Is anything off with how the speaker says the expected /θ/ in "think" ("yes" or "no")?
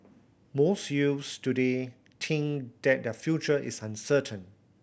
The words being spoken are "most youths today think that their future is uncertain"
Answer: yes